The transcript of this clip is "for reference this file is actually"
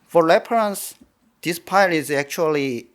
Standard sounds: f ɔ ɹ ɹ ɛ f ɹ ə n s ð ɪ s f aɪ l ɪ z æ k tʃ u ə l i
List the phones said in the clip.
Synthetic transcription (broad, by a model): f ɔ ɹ l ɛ p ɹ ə n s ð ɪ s p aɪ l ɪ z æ k tʃ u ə l i